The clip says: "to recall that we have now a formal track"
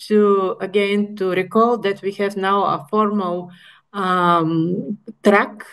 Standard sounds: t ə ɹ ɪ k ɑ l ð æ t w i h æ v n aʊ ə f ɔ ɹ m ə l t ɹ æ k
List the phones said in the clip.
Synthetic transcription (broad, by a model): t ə ɹ ɪ k ɑ l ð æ t w i h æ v n aʊ ə f ɔ ɹ m ə l t ɹ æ k